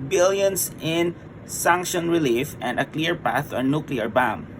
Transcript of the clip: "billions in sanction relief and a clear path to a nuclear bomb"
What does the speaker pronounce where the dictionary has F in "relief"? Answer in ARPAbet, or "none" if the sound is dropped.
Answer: F